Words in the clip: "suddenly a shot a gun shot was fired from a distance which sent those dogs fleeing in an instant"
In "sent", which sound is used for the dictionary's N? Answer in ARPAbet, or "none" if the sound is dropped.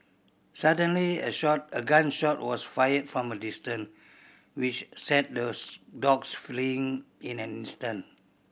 none